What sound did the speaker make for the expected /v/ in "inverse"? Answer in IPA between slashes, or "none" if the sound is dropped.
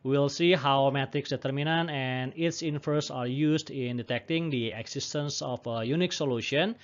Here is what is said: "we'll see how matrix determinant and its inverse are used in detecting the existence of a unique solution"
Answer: /f/